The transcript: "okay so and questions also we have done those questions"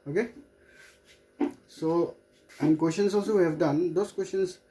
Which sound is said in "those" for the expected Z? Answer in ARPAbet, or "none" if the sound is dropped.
S